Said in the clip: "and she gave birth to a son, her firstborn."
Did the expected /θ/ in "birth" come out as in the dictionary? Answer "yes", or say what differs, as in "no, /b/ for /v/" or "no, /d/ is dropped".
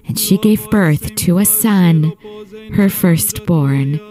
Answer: yes